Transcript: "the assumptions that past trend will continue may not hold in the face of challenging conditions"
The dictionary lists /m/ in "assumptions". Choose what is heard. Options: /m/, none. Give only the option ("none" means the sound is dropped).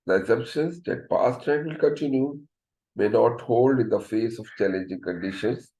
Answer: none